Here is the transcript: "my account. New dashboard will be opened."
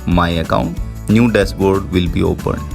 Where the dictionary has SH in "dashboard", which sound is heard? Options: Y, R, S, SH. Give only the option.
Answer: S